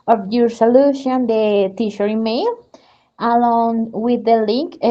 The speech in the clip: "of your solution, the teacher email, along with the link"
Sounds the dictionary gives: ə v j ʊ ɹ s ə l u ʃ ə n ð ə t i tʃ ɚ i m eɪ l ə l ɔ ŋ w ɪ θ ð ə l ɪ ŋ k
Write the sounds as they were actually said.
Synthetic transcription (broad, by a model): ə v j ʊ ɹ s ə l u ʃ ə n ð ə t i ʃ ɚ i m eɪ l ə l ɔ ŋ w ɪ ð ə l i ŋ k